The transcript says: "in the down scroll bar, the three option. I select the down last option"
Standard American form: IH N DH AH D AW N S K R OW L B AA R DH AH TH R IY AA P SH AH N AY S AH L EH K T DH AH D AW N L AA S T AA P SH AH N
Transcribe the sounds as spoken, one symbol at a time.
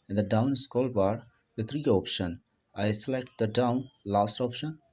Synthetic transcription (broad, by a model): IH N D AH D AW N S K OW L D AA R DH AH T R IY AA P SH AH N AY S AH L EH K T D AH D AW N L AA S T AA P SH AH N